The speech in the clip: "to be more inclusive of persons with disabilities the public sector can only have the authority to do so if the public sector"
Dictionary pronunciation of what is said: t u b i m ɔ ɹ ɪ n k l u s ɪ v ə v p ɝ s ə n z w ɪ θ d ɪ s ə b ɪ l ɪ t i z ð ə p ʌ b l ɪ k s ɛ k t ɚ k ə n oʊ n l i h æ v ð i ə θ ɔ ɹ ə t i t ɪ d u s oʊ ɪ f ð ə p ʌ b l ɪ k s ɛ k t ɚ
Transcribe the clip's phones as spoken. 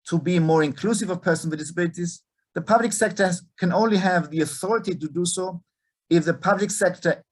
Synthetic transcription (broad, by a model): t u b i m ɔ ɹ ɪ n k l u s ɪ v ə v p ɝ s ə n d ɪ s ə b ɪ l ɪ t i z ð ə p ʌ b l ɪ k s ɛ k t ɚ k ə n oʊ n l i h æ v ð i ə θ ɔ ɹ ə t i t ɪ d u s oʊ ɪ f ð ə p ʌ b l ɪ k s ɛ k t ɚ